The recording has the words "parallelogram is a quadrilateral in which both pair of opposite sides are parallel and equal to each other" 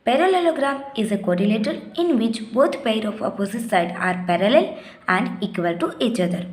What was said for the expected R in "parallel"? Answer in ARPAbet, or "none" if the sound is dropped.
R